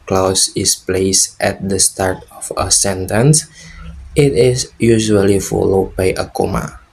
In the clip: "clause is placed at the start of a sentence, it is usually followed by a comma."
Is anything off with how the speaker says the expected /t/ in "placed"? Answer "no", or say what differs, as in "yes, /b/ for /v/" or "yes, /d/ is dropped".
no